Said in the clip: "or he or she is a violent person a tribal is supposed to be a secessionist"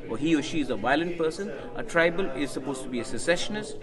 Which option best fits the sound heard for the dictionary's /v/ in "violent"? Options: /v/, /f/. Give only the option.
/v/